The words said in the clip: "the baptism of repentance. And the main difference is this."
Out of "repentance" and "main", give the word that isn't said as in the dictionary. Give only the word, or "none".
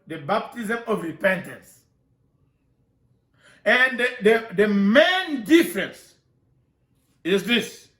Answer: none